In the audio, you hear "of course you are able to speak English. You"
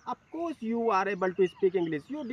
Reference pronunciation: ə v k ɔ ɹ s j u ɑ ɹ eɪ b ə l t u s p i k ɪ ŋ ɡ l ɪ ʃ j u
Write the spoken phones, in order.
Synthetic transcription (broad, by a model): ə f k ɔ ɹ s j u ɑ ɹ eɪ b ə l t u s p i k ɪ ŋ ɡ l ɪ s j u